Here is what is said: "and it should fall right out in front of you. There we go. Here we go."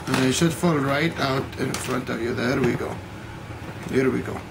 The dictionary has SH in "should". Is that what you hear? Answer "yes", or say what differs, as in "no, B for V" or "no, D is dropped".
no, S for SH